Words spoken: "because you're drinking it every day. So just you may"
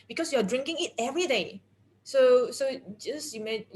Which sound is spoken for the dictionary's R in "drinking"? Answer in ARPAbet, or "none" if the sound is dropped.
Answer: R